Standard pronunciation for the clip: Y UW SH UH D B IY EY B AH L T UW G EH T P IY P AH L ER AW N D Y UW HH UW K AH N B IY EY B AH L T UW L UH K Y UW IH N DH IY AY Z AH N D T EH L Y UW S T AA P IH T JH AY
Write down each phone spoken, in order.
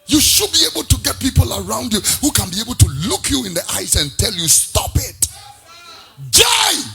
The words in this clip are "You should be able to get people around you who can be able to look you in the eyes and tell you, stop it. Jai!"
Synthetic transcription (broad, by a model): Y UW SH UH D B IY EY B AH L T UW G EH T P IY P AH L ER AW N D Y UW HH UW K AH N B IY EY B AH L T UW L UH K Y UW IH N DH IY AY S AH N T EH L Y UW S T AA P IH T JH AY